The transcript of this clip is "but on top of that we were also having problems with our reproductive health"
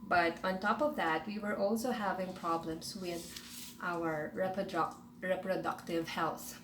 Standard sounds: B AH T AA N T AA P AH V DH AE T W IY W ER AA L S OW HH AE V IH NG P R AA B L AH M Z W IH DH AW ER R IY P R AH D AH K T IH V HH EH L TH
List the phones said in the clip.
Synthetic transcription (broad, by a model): B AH T AA N T AA P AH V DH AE T W IY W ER AA L S OW HH AE V IH NG P R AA B L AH M S W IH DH AW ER R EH P R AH D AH K T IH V HH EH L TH